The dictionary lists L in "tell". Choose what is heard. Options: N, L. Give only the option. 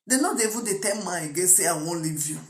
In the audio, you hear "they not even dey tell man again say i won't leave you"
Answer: N